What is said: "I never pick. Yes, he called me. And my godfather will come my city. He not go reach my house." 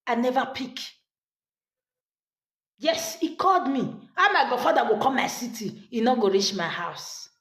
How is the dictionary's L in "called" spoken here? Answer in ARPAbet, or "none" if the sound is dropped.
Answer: L